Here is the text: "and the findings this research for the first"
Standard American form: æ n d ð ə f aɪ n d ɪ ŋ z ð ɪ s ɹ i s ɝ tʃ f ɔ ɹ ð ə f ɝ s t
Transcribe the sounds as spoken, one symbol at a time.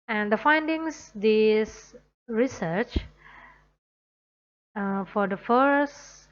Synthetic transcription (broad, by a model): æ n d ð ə f aɪ n d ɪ ŋ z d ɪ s ɹ i s ɝ tʃ f ɔ ɹ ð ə f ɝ s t